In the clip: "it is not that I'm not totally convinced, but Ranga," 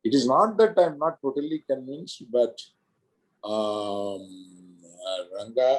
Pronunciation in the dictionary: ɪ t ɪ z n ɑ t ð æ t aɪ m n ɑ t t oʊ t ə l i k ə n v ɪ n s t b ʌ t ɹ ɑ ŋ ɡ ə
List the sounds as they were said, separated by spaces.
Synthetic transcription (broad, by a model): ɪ t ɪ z n ɑ t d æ t aɪ m n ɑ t t oʊ t ə l i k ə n ɪ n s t b ʌ t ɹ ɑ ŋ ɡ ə